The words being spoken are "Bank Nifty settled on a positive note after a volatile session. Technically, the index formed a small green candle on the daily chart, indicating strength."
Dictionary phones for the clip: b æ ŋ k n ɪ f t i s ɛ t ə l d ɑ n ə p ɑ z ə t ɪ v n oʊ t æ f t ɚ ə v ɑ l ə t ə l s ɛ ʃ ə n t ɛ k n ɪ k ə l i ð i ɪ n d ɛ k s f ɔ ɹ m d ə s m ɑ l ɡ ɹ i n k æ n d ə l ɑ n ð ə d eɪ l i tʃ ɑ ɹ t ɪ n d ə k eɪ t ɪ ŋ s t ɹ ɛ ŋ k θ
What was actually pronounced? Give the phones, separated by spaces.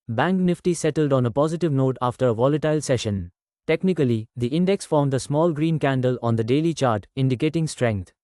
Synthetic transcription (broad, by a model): b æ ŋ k n ɪ f t i s ɛ t ə l d ɑ n ə p ɑ z ə t ɪ v n oʊ t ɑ f t ɚ ə v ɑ l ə t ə l s ɛ ʃ ə n t ɛ k n ɪ k ə l i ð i ɪ n d ɛ k s f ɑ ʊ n d ə s m ɑ l ɡ ɹ i n k æ n d ə l ɑ n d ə d eɪ l i tʃ ɑ ɹ t ɪ n d ə k eɪ t ɪ ŋ s t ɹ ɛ ŋ k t